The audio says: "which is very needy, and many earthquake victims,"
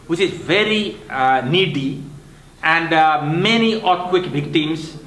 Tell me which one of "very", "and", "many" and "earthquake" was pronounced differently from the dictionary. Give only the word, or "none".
earthquake